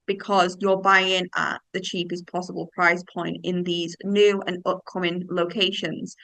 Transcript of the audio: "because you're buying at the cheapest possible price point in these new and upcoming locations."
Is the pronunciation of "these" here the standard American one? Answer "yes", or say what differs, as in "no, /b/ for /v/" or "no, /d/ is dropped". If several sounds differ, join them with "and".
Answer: yes